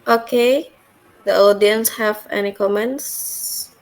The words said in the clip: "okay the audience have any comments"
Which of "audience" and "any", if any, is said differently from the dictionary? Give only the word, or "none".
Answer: none